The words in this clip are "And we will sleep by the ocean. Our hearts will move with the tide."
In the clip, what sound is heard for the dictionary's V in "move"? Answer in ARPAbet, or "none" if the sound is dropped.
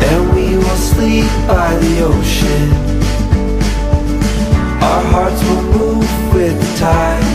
V